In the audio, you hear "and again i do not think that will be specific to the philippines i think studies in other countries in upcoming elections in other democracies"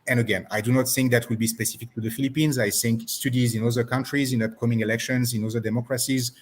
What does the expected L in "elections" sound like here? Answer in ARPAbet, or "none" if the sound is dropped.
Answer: L